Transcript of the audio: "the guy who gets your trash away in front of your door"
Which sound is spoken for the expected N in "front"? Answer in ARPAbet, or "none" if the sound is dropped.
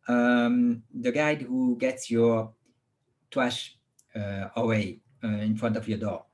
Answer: N